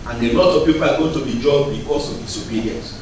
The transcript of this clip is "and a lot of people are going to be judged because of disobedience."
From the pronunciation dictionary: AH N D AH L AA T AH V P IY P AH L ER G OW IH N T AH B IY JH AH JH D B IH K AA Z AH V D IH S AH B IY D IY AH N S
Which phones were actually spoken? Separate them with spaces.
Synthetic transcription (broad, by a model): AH N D AH L AA T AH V P IY P AH L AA G OW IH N T AH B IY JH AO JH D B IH K AA S AH V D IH S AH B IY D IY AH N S